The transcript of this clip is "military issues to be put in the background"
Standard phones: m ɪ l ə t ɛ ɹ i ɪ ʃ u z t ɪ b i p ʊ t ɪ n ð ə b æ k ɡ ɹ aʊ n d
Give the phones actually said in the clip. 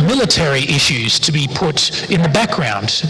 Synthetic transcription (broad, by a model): m ɪ l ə t ɛ ɹ i ɪ ʃ u z t ɪ b i p ʊ t ɪ n ð ə b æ k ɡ ɹ aʊ n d